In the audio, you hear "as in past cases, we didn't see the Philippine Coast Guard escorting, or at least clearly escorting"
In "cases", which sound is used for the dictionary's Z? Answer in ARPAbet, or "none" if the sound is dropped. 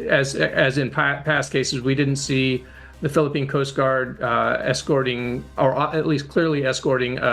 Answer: Z